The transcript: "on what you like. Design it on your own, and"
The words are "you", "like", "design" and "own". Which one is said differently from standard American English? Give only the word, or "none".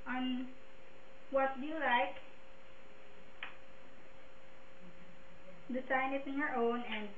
design